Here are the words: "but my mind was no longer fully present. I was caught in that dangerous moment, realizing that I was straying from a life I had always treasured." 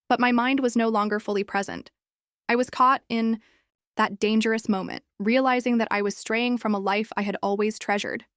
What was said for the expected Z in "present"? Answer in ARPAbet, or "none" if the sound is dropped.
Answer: Z